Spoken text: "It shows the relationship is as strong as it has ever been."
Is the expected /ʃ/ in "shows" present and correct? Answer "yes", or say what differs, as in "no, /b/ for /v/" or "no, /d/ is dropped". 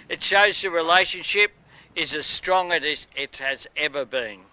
yes